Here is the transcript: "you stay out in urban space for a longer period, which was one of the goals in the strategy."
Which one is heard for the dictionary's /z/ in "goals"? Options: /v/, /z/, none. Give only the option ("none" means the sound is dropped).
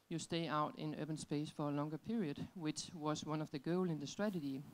none